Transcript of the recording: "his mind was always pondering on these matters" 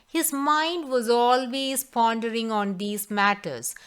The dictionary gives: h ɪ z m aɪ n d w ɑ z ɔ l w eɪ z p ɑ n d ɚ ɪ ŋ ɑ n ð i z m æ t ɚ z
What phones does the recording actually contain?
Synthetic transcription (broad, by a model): h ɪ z m aɪ n d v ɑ z ɔ l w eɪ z p ɑ n d ɚ ɪ ŋ ɑ n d i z m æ t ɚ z